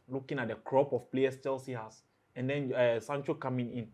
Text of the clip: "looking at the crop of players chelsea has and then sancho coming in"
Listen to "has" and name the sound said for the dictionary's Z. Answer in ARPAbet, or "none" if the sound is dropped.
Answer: S